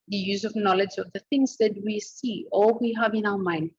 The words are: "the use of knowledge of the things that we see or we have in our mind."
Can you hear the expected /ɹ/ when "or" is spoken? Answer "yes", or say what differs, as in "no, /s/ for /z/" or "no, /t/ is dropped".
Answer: no, /l/ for /ɹ/